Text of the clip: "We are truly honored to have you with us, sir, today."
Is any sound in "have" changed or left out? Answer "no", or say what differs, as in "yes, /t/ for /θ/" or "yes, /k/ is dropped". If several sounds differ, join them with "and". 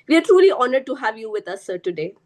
no